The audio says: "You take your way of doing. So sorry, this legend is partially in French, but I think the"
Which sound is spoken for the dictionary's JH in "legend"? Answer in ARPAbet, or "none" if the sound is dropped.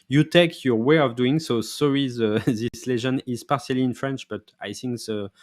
ZH